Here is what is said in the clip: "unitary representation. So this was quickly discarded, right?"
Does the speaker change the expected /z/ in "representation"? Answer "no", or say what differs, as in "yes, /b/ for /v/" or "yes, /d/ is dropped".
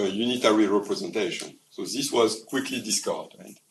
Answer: no